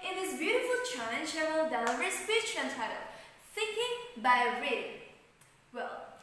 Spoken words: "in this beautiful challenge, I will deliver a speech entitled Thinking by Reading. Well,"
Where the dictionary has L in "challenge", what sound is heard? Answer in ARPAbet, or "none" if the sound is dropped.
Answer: none